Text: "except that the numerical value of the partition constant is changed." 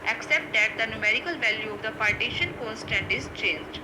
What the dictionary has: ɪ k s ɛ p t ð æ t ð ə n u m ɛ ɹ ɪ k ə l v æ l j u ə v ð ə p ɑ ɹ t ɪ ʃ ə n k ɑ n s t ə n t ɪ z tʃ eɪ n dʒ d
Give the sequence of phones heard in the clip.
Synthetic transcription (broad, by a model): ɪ k s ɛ p t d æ t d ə n u m ɛ ɹ ɪ k ə l v æ l j u ə v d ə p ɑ ɹ t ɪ ʃ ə n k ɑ n s t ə n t ɪ z tʃ eɪ n dʒ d